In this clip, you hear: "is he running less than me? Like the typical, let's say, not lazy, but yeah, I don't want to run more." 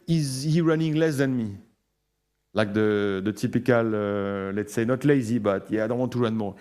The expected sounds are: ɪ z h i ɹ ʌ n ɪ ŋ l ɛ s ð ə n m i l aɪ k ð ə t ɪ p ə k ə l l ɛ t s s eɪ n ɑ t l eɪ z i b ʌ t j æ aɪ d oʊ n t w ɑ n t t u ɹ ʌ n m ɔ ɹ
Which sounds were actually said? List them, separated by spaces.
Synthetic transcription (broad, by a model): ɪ z h i ɹ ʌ n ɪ ŋ l ɛ s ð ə n m i l aɪ k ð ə t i p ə k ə l l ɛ t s s eɪ n ɑ t l eɪ z i b ʌ t j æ aɪ d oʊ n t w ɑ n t t u ɹ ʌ n m ɔ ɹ